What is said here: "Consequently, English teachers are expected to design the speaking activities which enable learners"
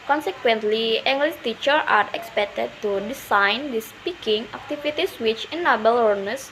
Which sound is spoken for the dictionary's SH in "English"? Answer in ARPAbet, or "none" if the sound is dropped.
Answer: S